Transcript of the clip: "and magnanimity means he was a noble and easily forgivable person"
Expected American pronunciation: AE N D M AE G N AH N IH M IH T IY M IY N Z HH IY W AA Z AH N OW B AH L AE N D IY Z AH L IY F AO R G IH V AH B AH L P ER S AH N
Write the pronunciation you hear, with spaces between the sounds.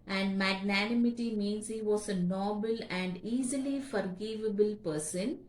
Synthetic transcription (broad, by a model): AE N D M AE G N AH N IH M IH T IY M IY N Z HH IY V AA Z AH N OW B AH L AE N D IY Z AH L IY F AO R G IH V AH B AH L P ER S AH N